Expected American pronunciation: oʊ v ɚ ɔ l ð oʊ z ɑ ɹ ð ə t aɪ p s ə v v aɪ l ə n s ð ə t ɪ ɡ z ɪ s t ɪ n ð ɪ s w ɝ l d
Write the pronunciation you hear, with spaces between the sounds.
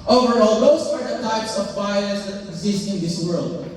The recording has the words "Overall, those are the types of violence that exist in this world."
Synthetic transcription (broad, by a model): oʊ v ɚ ɔ l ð oʊ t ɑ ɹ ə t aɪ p s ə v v aɪ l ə s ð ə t ɪ ɡ z ɪ s t ɪ n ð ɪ s w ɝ l d